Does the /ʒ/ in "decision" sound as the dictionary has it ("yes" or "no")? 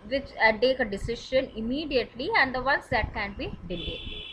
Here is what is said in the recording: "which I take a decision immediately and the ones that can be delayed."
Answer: no